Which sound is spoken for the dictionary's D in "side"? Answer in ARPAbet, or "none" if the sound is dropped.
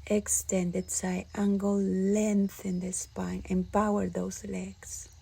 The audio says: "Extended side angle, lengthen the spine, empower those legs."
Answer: none